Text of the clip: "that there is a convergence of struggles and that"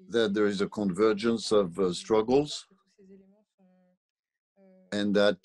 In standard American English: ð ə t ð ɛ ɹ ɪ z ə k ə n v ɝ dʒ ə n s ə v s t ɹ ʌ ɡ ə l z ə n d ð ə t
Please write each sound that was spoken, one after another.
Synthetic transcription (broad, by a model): ð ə t ð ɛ ɹ ɪ z ə k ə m v ɝ dʒ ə n s ə v s t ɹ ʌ ɡ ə l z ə n ð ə t